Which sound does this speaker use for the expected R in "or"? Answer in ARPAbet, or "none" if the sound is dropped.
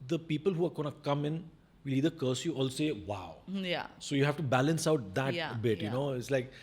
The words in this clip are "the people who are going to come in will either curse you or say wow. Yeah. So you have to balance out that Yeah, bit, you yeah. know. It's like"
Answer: L